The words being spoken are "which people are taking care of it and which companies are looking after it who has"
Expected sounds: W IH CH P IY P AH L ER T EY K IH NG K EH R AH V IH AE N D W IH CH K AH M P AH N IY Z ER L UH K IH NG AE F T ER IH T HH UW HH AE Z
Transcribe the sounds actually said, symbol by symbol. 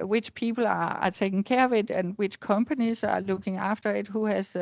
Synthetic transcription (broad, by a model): W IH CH P IY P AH L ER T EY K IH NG K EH W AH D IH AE N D W IH CH K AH M P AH N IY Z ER L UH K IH NG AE F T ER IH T HH UW HH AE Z